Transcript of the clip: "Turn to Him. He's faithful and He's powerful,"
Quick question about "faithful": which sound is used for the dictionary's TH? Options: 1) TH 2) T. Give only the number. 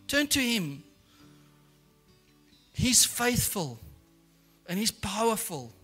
1